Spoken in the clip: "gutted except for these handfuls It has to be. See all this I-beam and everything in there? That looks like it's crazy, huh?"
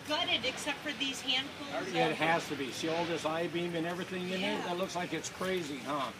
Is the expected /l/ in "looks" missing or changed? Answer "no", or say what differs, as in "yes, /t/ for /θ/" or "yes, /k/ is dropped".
no